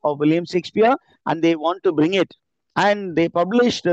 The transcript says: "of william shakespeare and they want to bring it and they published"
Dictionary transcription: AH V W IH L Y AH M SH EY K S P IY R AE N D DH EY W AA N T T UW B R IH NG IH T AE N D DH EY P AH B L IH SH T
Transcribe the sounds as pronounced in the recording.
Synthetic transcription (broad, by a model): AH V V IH L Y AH M S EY K S P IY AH AE N D EY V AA N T T UW B R IH NG IH T AE N D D EY P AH B L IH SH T